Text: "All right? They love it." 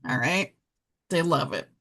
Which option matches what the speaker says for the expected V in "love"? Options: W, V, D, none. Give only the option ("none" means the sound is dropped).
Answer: V